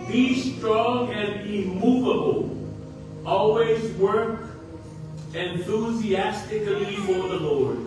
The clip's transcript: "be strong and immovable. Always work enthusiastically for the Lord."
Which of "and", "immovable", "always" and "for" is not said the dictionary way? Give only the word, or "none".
none